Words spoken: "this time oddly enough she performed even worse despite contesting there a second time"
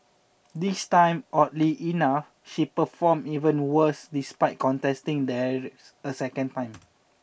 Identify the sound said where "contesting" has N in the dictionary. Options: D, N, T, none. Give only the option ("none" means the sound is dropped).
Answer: N